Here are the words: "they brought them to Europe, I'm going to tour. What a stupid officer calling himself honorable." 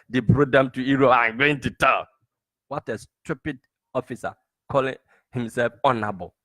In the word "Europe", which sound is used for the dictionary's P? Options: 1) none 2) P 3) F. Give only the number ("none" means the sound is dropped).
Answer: 1